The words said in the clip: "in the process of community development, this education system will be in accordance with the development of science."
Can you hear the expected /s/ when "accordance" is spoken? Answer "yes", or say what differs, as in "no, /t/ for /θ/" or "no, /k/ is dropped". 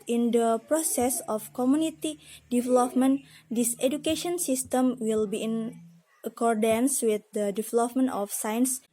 yes